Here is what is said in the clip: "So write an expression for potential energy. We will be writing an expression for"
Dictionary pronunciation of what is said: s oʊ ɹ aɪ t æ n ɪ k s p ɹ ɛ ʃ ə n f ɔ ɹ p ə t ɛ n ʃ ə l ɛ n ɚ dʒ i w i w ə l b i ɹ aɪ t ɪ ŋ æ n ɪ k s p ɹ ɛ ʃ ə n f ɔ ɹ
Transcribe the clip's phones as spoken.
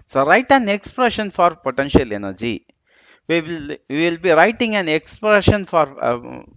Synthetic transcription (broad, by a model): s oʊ ɹ aɪ t æ n ɪ k s p ɹ ɛ ʃ ə n f ɔ ɹ p ə t ɛ n ʃ ə l ɛ n ɚ dʒ i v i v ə l b i ɹ aɪ t ɪ ŋ æ n ɪ k s p ɹ ɛ ʃ ə n f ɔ ɹ